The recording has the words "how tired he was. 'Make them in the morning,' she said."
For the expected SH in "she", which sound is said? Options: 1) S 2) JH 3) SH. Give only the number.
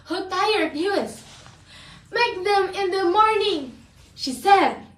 3